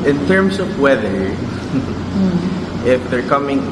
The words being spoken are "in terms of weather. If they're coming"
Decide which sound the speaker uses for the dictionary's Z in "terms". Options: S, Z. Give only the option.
S